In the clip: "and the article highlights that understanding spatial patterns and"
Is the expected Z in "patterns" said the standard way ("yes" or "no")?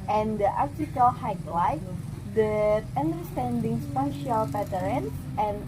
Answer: no